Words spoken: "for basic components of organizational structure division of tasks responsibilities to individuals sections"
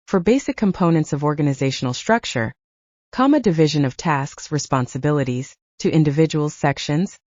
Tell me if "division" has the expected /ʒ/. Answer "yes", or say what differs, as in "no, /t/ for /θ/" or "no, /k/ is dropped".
yes